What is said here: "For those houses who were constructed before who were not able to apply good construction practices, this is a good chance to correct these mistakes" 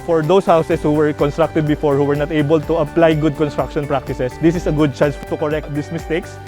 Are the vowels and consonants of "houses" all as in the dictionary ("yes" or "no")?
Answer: no